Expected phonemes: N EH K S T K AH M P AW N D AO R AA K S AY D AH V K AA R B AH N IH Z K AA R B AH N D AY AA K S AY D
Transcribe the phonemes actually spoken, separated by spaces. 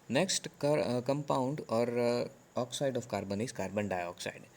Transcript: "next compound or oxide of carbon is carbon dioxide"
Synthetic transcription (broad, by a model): N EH K S T K AH M P AW N D AO R AA K S AY D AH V K AA R B AH N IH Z K AA R B AH N D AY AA K S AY D